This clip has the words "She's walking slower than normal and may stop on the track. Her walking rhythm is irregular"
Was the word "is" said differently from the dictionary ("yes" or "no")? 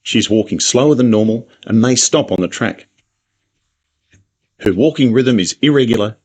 no